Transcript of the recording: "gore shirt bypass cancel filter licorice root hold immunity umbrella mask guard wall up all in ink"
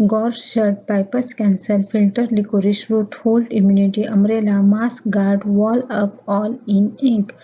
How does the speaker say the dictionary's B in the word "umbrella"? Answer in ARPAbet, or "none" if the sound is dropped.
none